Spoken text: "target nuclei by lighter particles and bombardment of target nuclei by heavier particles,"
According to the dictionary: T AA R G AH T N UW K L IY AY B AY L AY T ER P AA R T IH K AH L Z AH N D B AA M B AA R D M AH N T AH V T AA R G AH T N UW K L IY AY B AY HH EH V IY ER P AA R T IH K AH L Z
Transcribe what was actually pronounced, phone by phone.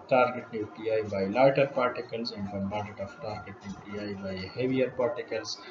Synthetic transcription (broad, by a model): T AA R G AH T N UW K L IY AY B AY L AY T ER P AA R T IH K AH L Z AH N D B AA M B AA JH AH T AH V T AA R G AH T N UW K L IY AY B AY HH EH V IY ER P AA R T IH K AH L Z